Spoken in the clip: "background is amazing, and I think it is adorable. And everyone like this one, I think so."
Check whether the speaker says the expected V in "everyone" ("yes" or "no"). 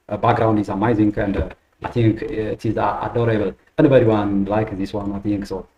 no